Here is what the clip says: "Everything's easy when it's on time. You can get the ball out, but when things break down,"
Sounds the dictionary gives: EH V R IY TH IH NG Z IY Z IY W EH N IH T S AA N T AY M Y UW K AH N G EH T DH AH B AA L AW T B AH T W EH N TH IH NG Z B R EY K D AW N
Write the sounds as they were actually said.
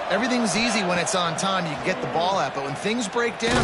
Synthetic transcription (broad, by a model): EH V R IY TH IH NG Z IY Z IY W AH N IH T S N T AY M Y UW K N G EH T DH AH B AA L AW T B AH T W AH N TH IH NG Z B R EY K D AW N